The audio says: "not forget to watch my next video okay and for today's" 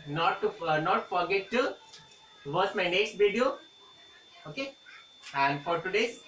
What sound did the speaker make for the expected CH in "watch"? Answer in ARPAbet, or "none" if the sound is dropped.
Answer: S